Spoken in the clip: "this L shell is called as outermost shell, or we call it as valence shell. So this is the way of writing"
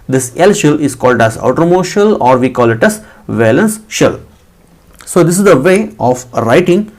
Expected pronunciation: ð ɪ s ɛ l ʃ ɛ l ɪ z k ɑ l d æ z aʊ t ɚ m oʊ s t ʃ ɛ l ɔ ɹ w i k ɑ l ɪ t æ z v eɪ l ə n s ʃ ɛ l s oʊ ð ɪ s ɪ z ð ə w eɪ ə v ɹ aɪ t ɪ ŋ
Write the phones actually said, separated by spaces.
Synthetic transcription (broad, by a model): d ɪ s ɛ l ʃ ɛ l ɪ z k ɑ l d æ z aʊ t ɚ m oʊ ʃ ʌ l ɔ ɹ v i k ɑ l ɪ t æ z v eɪ l ə n s ʃ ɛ l s oʊ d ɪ s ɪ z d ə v eɪ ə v ɹ aɪ t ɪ ŋ